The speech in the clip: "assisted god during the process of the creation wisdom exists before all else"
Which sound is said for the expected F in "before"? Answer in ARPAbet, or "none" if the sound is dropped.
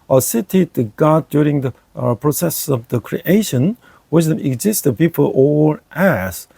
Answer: P